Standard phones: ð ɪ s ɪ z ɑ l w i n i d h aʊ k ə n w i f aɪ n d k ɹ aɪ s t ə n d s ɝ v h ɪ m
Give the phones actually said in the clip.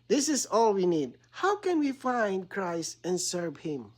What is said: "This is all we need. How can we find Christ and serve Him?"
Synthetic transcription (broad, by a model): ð ɪ s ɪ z ɑ l w i n i d h aʊ k ə n w i f aɪ n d k ɹ aɪ s t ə n s ɝ v h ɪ m